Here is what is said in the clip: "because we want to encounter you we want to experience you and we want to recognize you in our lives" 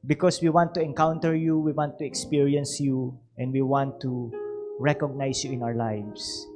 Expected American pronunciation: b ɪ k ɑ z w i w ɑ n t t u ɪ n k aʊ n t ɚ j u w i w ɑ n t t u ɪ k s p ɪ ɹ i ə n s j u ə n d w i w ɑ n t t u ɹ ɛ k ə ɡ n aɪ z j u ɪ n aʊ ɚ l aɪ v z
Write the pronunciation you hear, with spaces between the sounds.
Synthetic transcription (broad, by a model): b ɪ k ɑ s w i w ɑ n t t u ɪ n k aʊ n t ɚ j u w i w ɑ n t t u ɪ k s p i ɹ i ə n s j u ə n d w i w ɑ n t t u ɹ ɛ k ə ɡ n aɪ s j u ɪ n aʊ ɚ l aɪ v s